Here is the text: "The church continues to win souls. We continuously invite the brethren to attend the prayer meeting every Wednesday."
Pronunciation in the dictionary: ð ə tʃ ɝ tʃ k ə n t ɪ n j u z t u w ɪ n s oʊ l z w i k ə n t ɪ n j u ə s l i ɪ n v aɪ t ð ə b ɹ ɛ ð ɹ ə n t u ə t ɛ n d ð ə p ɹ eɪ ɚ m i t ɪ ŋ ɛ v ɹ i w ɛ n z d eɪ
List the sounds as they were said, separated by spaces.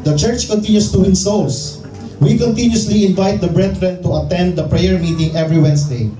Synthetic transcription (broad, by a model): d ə tʃ ɝ tʃ k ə n t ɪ n j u s t u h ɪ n s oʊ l s w i k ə n t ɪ n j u s l i ɪ n v aɪ t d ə b ɹ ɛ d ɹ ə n t u ə t ɛ n d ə p ɹ eɪ ɚ m i t ɪ ŋ ɛ v ɹ i w ɛ n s d eɪ